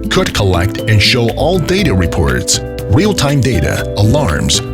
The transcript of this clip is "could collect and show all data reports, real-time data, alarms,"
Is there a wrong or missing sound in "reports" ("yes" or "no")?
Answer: no